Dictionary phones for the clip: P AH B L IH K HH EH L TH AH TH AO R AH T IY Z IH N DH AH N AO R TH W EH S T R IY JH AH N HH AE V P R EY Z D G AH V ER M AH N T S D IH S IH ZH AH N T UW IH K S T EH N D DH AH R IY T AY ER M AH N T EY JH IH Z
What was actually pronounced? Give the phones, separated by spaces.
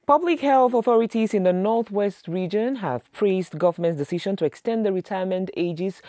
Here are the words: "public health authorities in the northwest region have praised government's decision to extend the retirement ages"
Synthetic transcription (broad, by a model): P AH B L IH K HH EH L TH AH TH AO R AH T IY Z IH N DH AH N AO R TH W EH S T R IY JH AH N HH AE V P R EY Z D G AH V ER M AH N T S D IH S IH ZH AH N T UW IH K S T EH N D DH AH R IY T AY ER M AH N T EY JH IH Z